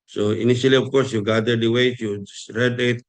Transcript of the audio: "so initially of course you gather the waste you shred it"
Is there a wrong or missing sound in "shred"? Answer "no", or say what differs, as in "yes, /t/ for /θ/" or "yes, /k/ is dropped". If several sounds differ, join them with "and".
yes, /s/ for /ʃ/